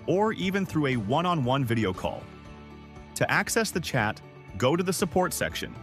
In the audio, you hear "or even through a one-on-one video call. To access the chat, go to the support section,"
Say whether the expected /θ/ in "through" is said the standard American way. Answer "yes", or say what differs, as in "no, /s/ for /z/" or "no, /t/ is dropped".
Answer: yes